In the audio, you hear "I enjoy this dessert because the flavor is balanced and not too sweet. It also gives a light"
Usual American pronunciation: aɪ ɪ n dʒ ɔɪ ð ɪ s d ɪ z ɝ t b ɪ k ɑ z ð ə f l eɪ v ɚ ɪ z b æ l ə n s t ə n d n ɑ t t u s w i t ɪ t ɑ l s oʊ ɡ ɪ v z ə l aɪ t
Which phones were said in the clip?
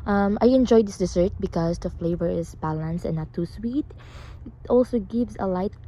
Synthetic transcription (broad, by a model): aɪ ɪ n dʒ ɔɪ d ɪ s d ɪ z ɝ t b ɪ k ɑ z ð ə f l eɪ v ɚ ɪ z b æ l ə n s t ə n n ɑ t t u s w i t ɪ t ɑ l s oʊ ɡ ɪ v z ə l aɪ t